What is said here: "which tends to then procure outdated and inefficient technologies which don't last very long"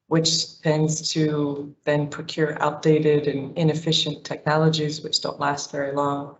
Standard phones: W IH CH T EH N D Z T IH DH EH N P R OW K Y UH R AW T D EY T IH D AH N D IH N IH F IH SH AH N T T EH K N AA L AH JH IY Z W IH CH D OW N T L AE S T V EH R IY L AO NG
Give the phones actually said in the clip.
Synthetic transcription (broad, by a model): W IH CH T EH N D Z T IH DH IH N P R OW K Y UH R AW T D EY T IH D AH N IH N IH F IH SH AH N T T EH K N AA L AH JH IY Z W IH CH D OW N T L AE S T V EH R IY L AO NG